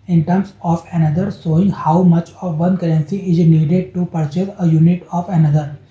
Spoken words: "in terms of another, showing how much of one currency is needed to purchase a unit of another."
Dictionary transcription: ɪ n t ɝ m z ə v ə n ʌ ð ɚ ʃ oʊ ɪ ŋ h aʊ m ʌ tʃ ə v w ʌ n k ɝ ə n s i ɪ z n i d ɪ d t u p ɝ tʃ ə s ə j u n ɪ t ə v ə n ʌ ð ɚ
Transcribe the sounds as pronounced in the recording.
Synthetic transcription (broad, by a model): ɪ n t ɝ m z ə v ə n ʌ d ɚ s oʊ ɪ ŋ h aʊ m ʌ tʃ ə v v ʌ n k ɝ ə n s i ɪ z n i d ɪ d t u p ɝ tʃ ə s ə j u n ɪ t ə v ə n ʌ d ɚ